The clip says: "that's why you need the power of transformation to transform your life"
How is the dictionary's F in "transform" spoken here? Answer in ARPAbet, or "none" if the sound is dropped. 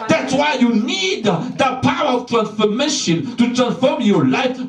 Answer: F